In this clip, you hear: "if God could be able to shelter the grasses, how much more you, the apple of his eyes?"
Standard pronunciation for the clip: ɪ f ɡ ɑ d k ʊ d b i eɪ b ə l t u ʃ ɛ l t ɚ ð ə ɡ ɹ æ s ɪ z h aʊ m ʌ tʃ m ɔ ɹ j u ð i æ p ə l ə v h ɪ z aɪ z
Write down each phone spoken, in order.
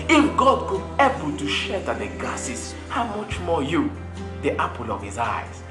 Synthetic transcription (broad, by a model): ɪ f ɡ ɑ d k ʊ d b eɪ b ə l t u ʃ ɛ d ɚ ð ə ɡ ɑ s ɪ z h aʊ m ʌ tʃ m ɔ j u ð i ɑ p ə l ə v h ɪ z aɪ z